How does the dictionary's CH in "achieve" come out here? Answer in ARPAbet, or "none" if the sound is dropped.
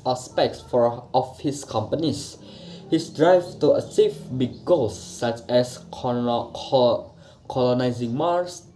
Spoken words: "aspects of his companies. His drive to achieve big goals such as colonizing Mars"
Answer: S